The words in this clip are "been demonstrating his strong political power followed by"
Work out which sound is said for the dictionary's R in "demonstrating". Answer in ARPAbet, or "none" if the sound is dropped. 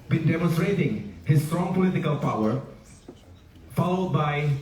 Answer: R